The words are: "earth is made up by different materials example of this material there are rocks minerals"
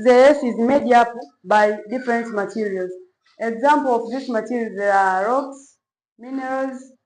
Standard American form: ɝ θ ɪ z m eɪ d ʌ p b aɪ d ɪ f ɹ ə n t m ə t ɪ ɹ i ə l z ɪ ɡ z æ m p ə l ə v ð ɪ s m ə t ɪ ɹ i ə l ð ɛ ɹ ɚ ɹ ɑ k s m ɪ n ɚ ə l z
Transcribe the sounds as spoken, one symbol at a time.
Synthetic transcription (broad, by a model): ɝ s ɪ z m eɪ d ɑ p b aɪ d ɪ f ɹ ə n t m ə t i ɹ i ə l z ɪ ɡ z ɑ m p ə l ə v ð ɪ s m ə t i ɹ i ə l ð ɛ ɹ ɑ ɹ ɑ k s m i n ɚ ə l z